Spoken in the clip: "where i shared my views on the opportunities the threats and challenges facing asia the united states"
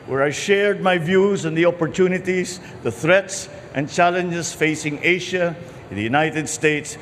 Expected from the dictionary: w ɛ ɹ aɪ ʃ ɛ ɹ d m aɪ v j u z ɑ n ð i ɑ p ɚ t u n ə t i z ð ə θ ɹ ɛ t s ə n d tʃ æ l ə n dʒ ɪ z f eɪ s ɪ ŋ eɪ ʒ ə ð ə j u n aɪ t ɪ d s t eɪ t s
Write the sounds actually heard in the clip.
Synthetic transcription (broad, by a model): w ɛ ɹ aɪ ʃ ɛ ɹ d m aɪ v j u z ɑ n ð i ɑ p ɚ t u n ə t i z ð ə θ ɹ ɛ t s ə n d tʃ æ l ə n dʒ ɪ s f eɪ s ɪ ŋ eɪ ʃ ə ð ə j u n aɪ t ɪ d s t eɪ t s